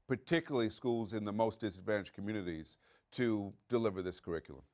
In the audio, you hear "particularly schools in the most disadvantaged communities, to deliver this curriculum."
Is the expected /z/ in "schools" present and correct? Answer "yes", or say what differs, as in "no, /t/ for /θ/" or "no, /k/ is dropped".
yes